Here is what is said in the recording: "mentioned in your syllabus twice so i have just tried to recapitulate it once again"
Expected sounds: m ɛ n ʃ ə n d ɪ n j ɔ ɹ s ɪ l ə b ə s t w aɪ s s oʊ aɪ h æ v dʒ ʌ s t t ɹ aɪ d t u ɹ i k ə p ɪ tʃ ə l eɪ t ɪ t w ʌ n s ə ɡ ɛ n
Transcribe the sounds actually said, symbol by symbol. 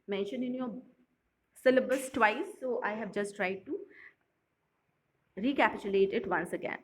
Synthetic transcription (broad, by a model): m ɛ n ʃ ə n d ɪ n j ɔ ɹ s ɪ l ə b ə s t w aɪ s s oʊ aɪ h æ v dʒ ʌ s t t ɹ aɪ d t u ɹ i k ə p ɪ tʃ ə l eɪ t ɪ t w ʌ n s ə ɡ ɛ n